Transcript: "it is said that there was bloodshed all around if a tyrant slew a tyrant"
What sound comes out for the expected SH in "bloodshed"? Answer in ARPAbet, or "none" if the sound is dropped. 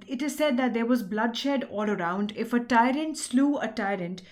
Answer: SH